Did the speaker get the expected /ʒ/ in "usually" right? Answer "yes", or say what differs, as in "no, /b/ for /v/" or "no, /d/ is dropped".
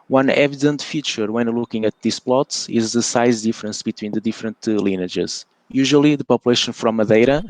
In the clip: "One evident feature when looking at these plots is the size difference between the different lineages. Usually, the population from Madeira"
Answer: yes